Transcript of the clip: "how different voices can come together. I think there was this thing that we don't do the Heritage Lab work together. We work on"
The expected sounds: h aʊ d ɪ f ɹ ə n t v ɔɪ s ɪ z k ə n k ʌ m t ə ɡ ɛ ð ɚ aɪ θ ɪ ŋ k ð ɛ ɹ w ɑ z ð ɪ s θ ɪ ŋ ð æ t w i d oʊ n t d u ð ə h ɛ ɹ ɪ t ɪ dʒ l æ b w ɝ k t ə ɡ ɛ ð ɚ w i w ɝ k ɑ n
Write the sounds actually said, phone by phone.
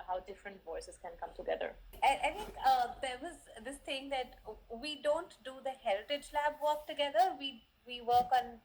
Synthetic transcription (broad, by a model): h aʊ d ɪ f ɹ ə n t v ɔɪ s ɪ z k ə n k ʌ m t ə ɡ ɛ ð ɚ aɪ t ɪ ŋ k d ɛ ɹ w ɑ z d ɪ s t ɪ ŋ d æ t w i d oʊ n t d u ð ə h ɛ ɹ ɪ t ɪ dʒ l æ b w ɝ k t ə ɡ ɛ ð ɚ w i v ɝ k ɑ n